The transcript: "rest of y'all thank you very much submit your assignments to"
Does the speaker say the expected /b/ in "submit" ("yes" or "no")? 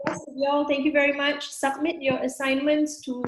yes